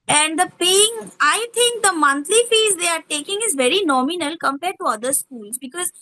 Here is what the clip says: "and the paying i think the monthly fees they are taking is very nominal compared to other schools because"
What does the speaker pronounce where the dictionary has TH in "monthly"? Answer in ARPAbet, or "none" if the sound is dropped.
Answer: T